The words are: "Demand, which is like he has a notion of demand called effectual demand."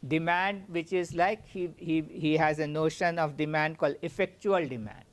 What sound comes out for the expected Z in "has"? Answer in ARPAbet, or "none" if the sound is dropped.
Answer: Z